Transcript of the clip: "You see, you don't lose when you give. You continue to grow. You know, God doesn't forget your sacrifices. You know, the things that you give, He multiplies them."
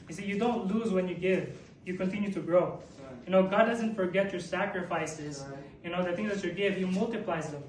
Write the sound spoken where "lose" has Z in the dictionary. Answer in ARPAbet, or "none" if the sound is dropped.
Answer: Z